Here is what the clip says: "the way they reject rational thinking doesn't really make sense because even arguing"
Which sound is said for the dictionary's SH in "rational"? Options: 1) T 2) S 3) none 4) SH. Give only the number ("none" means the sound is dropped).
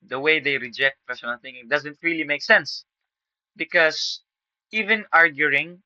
2